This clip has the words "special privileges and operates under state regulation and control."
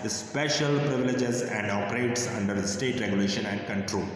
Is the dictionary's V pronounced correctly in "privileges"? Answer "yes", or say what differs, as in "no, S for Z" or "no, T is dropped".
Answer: yes